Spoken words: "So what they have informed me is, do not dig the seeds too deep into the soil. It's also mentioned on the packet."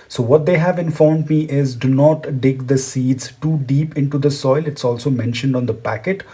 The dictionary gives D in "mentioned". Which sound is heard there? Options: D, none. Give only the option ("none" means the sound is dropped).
D